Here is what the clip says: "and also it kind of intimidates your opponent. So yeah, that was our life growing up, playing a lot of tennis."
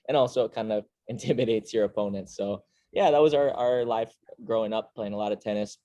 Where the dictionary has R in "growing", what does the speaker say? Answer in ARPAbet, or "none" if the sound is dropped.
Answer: R